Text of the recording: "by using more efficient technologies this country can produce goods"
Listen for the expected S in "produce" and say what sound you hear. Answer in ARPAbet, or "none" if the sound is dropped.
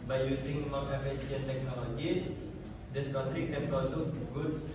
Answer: none